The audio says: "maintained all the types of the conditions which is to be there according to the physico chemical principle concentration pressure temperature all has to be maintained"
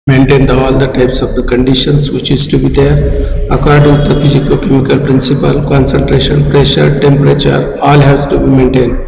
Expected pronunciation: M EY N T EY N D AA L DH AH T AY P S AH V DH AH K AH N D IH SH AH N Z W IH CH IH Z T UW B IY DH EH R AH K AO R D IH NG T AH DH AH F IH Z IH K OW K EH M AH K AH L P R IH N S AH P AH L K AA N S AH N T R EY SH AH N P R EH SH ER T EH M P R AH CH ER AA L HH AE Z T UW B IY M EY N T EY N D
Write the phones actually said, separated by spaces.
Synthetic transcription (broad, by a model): M EY N T EY N D AA L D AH T AY P S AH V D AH K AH N D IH SH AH N S W IH CH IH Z T UW B IY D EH R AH K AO R D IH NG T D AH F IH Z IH K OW K EH M AH K AH L P R IH N S AH P AH L K AA N S AH N T R EY SH AH N P R EH SH ER T EH M P R AH CH ER AA L HH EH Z T UW B IY M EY N T EY N D